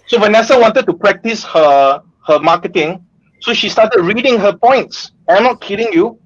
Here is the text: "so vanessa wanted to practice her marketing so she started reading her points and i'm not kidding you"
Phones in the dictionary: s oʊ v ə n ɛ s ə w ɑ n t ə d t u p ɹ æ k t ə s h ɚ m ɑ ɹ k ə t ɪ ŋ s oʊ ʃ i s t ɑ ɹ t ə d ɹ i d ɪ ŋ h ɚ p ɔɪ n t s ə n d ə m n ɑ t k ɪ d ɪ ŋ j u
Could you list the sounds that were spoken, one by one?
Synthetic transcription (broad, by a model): s oʊ v ə n ɛ s ə w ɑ n t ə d t u p ɹ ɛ k t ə s h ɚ m ɑ k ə t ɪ ŋ s oʊ ʃ i s t ɑ t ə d ɹ i d ɪ ŋ h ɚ p ɔɪ n t s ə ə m n ɑ t k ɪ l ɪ ŋ j u